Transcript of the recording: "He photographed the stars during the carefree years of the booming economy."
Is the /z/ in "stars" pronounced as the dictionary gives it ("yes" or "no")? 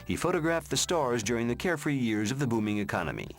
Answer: yes